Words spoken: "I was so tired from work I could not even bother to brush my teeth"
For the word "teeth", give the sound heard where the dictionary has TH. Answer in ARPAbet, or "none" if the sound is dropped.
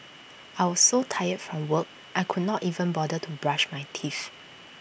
F